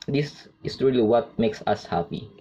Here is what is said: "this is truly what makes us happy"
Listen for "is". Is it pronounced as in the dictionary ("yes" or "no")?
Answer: no